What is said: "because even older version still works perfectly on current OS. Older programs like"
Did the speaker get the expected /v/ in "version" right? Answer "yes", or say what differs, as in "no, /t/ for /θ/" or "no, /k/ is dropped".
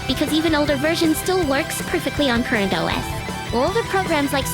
yes